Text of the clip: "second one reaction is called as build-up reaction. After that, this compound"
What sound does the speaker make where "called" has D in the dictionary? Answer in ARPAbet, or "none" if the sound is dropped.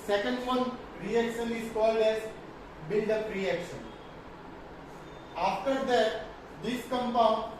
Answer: D